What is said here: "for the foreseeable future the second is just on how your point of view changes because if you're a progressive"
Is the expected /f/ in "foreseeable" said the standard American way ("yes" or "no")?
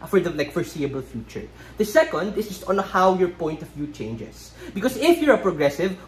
yes